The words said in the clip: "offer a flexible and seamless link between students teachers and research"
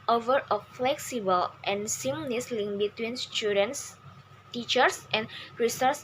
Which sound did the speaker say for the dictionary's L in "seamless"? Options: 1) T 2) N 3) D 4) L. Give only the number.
2